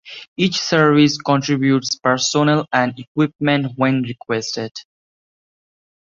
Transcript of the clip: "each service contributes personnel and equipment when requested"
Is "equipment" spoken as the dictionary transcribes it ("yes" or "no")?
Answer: yes